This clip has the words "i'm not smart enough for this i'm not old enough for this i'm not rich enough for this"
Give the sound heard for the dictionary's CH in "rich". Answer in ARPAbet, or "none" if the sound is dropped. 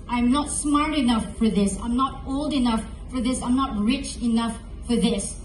CH